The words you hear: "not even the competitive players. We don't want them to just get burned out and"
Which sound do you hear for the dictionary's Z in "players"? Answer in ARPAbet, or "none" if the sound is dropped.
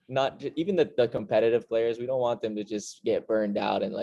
Z